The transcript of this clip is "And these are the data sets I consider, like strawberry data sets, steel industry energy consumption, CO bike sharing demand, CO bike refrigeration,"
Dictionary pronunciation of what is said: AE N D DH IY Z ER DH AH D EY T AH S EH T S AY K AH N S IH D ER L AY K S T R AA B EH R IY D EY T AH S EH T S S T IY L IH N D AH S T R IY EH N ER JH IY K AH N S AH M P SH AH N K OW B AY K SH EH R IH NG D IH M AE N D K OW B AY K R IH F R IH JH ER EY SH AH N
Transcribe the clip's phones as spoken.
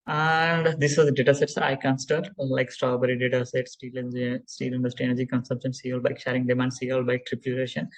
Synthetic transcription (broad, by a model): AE N D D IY S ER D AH D EY T AH S EH T S AY K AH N S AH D L AY K S T R AA B EH R IY D EY T AH S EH T S S T IY L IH N D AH S T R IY EH N ER JH IY K AH N S AH M P SH AH N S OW B AY K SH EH R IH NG D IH M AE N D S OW B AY K R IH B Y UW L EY SH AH N